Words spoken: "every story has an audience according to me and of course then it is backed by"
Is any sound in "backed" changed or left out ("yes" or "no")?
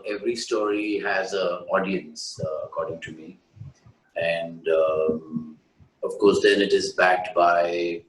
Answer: no